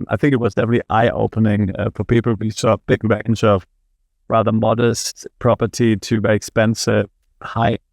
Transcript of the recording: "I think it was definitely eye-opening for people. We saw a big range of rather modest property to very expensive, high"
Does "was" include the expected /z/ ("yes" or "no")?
yes